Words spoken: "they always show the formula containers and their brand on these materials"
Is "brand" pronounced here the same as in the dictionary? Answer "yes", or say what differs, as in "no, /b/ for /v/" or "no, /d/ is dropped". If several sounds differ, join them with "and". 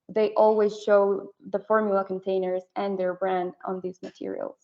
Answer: yes